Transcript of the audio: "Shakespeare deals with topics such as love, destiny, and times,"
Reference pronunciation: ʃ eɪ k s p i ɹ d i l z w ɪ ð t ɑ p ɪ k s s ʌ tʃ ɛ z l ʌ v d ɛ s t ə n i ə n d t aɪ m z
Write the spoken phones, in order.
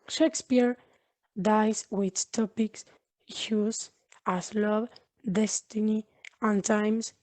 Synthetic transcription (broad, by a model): ʃ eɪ k s p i ɹ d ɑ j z w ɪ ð t ɑ p ɪ k s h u s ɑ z l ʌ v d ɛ s t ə n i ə n t aɪ m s